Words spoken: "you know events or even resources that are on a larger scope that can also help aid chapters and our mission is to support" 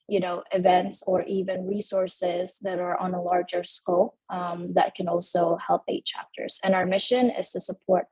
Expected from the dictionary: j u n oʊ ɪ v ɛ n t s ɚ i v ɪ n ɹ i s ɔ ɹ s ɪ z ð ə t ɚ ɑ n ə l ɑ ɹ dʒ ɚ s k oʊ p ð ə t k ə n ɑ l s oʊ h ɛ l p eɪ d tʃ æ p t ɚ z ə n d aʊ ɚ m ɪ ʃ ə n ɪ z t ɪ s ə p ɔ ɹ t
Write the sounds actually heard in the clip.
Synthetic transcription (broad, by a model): j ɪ n oʊ ɪ v ɛ n t s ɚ i v ɪ n ɹ i s ɔ ɹ s ɪ z ð ə t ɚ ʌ n ə l ɑ ɹ dʒ ɚ s k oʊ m ð ə t k ə n ɑ l s oʊ h ɛ l p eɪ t tʃ æ p t ɚ z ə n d aʊ ɚ m ɪ ʃ ə n ɪ z t ɪ s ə p ɔ ɹ t